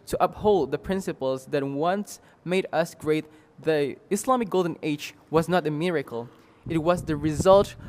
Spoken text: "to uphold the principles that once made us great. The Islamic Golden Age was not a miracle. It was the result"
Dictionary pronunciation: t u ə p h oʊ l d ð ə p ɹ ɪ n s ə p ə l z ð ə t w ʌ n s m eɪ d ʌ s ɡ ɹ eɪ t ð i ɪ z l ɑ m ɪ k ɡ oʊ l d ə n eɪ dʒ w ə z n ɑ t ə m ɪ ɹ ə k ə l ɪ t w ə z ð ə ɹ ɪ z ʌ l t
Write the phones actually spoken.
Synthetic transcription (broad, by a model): t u ə p h oʊ l d ð ə p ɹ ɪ n s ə p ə l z ð ə t w ʌ n s m eɪ d ʌ s ɡ ɹ eɪ t ð i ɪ s l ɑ m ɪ k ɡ oʊ l d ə n eɪ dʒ w ə z n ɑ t ə m ɪ ɹ ə k ə l ɪ t w ə z ð ə ɹ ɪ z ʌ l t